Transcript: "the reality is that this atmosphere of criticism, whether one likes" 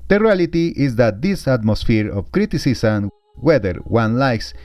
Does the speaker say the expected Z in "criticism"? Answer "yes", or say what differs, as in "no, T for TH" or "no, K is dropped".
no, S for Z